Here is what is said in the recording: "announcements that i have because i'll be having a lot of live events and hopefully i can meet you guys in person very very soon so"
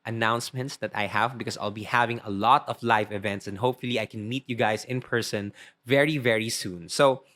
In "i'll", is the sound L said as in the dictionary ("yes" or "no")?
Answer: yes